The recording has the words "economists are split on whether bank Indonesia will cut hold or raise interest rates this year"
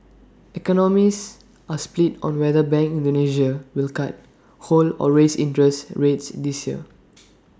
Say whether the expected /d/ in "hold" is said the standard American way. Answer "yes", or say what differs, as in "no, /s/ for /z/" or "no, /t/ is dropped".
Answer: no, /d/ is dropped